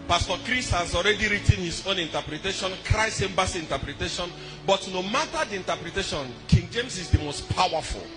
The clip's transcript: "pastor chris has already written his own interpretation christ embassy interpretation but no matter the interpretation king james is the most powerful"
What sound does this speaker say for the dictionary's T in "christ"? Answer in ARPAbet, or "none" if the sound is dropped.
none